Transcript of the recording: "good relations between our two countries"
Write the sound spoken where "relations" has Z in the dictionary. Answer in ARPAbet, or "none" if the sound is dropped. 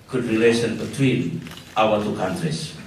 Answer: none